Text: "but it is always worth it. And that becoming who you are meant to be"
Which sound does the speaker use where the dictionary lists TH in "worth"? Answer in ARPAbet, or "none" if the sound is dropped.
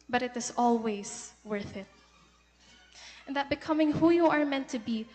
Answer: TH